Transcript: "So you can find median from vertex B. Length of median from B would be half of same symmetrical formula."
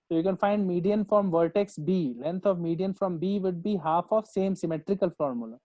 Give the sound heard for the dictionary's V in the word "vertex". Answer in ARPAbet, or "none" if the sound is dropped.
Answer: V